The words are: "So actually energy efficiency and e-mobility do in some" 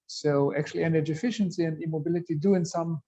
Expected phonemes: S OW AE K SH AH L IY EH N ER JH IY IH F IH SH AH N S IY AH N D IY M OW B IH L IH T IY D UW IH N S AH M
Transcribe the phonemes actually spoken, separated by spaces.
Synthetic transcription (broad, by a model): S OW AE K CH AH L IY EH N ER JH IY IH F IH SH AH N S IY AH N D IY M OW B IH L IH T IY D UW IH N S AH M